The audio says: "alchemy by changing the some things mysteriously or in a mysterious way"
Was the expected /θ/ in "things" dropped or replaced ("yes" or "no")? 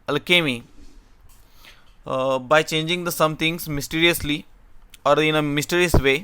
yes